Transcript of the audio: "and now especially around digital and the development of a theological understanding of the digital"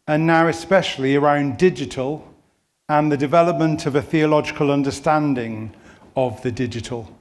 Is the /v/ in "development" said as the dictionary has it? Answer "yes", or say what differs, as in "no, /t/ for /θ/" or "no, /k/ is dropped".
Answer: yes